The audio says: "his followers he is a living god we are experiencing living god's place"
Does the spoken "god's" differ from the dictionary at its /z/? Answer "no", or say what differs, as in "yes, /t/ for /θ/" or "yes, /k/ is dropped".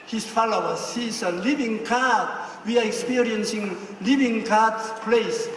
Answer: yes, /z/ is dropped